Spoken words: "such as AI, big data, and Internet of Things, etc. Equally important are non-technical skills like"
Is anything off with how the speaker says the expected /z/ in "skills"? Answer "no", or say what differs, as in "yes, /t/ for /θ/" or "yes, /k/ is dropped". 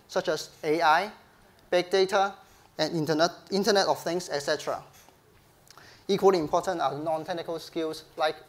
yes, /s/ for /z/